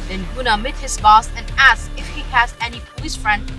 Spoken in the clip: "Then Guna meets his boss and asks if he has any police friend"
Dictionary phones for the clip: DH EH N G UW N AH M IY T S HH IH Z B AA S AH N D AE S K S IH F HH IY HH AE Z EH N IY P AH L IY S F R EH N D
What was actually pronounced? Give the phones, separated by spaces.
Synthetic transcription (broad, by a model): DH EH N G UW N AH M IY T HH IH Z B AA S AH N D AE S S IH F HH IY HH AE Z EH N IY P AH L IY S F R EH N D